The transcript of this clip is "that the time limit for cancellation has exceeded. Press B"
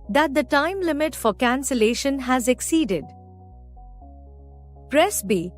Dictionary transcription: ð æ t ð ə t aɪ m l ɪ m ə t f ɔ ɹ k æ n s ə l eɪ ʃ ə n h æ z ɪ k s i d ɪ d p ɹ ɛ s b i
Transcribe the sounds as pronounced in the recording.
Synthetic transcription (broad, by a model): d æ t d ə t aɪ m l ɪ m ə t f ɔ ɹ k æ n s ə l eɪ ʃ ə n h æ z ɪ k s i d ɪ d p ɹ ɛ s b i